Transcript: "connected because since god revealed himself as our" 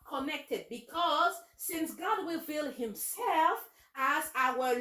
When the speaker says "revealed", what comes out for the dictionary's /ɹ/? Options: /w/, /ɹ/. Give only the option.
/w/